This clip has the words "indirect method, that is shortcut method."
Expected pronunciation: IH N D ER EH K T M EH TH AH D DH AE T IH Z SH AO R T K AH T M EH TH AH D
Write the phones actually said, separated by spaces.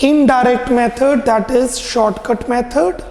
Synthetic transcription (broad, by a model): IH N D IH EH K T M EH T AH D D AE T IH Z SH AO R T K AH T M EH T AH D